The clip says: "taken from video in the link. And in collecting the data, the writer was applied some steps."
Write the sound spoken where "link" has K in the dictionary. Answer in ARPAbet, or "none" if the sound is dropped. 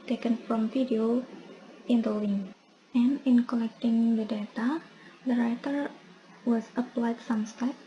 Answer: none